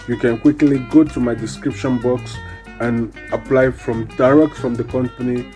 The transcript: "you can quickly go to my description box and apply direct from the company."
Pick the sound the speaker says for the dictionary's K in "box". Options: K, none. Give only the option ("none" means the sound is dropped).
K